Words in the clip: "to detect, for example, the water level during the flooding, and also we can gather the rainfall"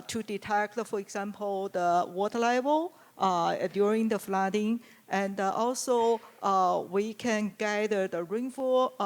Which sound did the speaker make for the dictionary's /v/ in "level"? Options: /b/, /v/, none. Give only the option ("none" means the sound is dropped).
/b/